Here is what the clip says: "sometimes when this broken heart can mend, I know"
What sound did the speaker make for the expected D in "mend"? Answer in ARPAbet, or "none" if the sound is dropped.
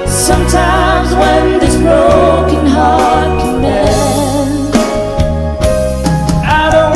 none